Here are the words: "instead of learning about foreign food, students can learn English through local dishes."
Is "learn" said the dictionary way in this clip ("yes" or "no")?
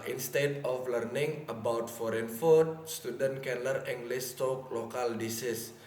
no